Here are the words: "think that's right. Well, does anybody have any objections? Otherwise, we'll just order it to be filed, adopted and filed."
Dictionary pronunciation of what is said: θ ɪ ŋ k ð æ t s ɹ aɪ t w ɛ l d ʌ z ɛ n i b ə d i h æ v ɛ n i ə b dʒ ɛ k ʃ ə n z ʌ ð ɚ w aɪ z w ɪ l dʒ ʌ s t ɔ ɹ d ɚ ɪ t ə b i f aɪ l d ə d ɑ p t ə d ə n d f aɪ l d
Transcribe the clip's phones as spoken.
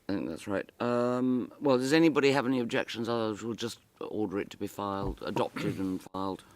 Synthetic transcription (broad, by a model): θ ɪ ŋ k ð æ t s ɹ aɪ t w ɛ l d ʌ z ɛ n i b ə d i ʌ v ɛ n i ə b dʒ ɛ k ʃ ə n z ʌ ð ɚ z w ɪ l dʒ ʌ s t ɔ ɹ d ɚ ɪ t ə b i f aɪ l d ə d ɑ p t ə d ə n f aɪ l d